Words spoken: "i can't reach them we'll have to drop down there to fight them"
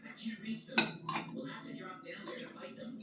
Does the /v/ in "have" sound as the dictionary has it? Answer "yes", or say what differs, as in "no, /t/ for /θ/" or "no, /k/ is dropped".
no, /f/ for /v/